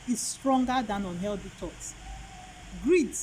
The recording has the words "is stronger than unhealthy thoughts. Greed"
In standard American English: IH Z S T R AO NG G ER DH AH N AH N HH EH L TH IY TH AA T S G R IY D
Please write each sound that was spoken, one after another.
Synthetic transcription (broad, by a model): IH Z S T R AO NG G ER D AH N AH N HH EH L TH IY T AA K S G R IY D